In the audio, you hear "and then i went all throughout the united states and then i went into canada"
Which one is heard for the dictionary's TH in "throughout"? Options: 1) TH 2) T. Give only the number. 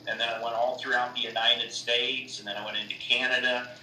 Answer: 1